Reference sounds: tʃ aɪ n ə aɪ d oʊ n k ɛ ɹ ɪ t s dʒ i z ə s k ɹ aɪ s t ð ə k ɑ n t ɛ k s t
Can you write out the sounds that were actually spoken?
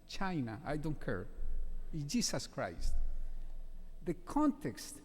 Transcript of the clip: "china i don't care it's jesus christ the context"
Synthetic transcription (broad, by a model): tʃ aɪ n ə aɪ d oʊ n k ɛ ɹ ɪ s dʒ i s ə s k ɹ aɪ s t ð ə k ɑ n t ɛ k s t